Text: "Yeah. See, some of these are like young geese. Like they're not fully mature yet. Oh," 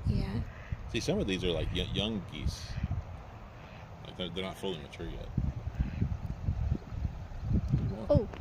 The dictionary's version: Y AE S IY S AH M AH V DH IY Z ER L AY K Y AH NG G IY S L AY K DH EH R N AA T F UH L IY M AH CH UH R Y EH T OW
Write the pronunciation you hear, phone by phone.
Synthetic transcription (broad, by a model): Y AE S IY S AH M AH V DH IY Z ER L AY K Y AH NG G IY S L AY K DH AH R N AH T F UH L IY M AH CH UH R Y EH T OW